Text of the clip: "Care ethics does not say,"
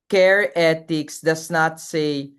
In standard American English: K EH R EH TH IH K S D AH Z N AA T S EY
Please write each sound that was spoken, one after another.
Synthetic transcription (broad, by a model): K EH R EH T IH K S D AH S N AA T S EY